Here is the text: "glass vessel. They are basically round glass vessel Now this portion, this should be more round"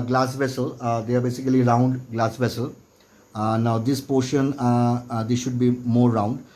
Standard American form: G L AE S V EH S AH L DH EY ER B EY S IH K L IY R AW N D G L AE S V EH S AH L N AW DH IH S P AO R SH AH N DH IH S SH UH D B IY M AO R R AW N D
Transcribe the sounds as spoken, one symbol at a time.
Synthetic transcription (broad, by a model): G L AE S V EH S AH L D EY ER B EY S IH K L IY R AW N D G L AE S V EH S AH L N AW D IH S P AO R SH AH N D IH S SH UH D B IY M AO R R AW N D